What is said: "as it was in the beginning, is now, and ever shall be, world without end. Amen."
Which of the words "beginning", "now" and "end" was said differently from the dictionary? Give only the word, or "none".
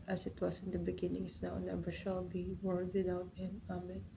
end